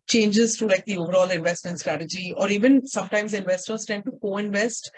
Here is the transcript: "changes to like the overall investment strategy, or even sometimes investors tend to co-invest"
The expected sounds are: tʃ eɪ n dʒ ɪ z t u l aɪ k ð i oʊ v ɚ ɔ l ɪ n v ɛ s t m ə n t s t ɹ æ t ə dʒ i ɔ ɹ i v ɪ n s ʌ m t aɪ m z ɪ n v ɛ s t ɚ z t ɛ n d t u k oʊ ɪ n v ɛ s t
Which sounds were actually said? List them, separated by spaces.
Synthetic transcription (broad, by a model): tʃ eɪ n dʒ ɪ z t u l aɪ k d i oʊ v ɚ ɔ l ɪ n v ɛ s t m ə n t s t ɹ æ t ə dʒ i ɔ ɹ i v ɪ n s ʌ m t aɪ m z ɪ n v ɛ s t ɚ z t ɛ n d t u k oʊ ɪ n v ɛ s t